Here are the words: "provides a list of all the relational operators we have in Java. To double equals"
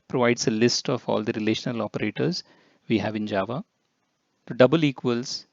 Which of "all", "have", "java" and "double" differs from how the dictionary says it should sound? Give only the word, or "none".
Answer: none